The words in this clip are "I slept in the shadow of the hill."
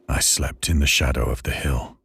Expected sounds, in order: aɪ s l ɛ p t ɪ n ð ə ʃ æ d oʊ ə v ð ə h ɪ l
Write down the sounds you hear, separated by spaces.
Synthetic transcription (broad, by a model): aɪ s l ɛ p t ɪ n ð ə ʃ æ d oʊ ə v ð ə h ɪ l